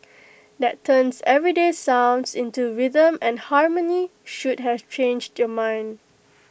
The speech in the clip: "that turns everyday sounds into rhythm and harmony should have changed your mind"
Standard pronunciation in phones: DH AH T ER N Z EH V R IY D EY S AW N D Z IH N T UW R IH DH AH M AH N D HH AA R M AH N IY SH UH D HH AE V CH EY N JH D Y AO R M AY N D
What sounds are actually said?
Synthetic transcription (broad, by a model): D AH T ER N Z EH V R IY D EY S AW N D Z IH N T UW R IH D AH M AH N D HH AA R M AH N IY SH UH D HH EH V CH EY N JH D Y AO M AY N D